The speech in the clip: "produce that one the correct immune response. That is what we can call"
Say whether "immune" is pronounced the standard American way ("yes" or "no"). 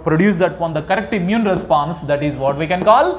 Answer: yes